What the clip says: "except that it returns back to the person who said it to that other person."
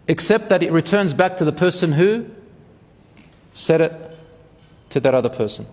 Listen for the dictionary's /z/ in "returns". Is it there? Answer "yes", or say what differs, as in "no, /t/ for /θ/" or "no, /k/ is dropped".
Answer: yes